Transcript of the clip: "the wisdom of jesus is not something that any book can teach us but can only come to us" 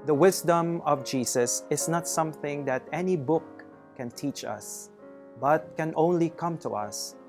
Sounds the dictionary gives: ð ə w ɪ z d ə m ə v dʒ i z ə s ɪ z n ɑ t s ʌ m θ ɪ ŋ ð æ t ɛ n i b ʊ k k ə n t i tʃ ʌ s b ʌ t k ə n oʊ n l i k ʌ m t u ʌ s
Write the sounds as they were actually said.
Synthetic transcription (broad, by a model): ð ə w ɪ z d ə m ə v dʒ i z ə s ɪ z n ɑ t s ʌ m θ ɪ ŋ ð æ t ɛ n i b ʊ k k ə n t i tʃ ʌ s b ʌ t k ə n oʊ n l i k ʌ m t u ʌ s